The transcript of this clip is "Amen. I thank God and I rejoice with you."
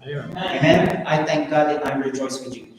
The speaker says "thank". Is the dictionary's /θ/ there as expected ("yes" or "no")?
no